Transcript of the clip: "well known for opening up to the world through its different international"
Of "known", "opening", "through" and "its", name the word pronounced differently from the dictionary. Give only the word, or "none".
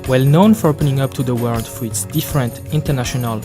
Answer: through